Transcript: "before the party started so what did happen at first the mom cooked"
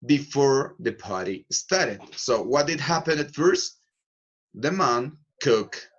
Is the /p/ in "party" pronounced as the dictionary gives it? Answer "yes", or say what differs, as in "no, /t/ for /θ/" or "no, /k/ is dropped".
yes